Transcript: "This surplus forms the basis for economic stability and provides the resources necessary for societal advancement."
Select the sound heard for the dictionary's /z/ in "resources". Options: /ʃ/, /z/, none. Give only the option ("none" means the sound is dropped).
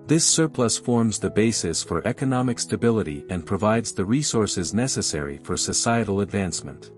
/z/